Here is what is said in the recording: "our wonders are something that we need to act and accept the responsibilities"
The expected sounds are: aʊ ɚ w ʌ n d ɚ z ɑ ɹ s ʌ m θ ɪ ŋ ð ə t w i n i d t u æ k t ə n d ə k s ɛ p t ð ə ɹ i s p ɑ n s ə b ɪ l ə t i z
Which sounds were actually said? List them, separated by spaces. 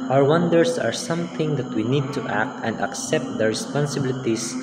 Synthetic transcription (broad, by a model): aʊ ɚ w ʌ n d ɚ s ɑ ɹ s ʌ m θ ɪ ŋ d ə t w i n i d t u æ k t ə n d ə k s ɛ p t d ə ɹ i s p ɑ n s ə b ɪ l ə t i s